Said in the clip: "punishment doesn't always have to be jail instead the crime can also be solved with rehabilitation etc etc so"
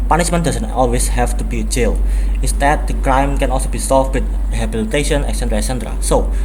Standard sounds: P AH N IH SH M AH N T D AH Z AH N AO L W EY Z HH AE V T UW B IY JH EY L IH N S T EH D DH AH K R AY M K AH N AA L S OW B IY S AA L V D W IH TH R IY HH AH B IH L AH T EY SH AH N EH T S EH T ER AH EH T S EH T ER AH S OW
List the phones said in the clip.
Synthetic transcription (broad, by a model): P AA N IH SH M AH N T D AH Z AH N AO L W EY S HH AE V T UW B IY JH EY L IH S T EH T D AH K R AY M K AH N AA L S OW B IY S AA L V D W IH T R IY HH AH B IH L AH T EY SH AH N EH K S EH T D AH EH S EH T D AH S OW